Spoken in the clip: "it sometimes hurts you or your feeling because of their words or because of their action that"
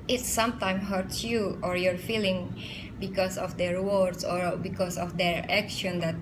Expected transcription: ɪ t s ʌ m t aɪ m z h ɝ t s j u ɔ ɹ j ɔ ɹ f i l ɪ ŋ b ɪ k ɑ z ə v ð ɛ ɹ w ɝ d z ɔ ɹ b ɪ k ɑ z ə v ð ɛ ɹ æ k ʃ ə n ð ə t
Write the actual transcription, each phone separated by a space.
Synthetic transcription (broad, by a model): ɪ t s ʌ m t aɪ m h ɝ t s j u ɔ ɹ j ɔ ɹ f i l ɪ ŋ b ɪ k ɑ s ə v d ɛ ɹ w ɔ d s ɔ ɹ b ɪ k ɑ s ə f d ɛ ɹ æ k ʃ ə n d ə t